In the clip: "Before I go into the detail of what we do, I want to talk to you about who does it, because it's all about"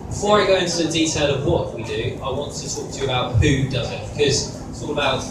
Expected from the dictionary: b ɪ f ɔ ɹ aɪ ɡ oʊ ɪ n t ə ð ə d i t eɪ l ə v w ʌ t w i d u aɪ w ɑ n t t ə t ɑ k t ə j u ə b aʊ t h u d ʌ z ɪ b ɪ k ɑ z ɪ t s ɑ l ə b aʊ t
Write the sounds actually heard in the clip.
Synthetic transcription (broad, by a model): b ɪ f ɔ ɹ aɪ ɡ oʊ ɪ n t ə ð ə d i t eɪ l ə v w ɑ t w i d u aɪ w ɑ n t t ə t ɑ k t ə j ə b aʊ t h u d ʌ z ɪ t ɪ k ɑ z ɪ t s ɑ l ə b aʊ t